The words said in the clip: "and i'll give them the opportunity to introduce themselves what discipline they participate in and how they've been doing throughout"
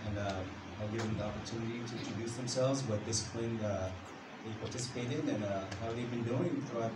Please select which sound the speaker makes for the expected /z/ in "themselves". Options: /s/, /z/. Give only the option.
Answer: /z/